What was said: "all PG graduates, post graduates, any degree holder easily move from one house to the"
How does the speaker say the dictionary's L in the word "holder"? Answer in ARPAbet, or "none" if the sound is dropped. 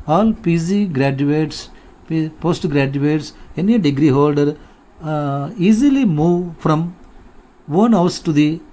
L